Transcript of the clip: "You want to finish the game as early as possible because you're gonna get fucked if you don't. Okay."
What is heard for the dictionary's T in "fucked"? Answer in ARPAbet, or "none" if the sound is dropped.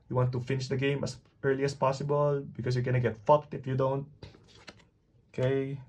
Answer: T